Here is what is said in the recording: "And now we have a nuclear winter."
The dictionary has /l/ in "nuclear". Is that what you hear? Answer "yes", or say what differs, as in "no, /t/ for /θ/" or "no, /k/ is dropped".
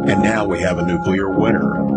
yes